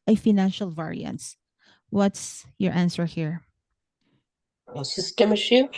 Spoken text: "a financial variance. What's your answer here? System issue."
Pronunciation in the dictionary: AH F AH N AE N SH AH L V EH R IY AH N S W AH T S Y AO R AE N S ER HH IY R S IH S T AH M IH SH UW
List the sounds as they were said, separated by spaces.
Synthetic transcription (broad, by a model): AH F AH N AE N SH AH L V EH R IY AH N S W AH T S Y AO R AE N S ER HH IY R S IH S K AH M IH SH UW